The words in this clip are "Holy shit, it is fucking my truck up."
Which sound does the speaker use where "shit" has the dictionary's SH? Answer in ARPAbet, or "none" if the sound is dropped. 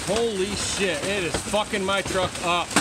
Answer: SH